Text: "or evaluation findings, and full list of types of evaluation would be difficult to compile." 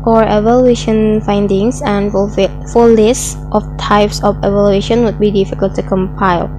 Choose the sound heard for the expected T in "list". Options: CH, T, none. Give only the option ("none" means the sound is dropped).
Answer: T